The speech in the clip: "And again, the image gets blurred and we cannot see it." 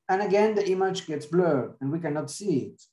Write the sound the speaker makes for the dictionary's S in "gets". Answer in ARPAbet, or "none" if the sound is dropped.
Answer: S